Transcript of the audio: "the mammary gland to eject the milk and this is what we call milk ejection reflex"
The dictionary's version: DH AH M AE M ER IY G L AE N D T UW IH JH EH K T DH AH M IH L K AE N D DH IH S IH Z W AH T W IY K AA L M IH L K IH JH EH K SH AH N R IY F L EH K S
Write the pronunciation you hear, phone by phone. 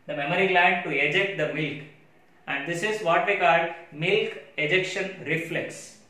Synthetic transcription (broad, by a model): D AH M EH M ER IY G L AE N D T UW IH JH EH K T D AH M IH L K AE N D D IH S IH Z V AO T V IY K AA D M IH L K IH JH EH K SH AH N R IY F L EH K S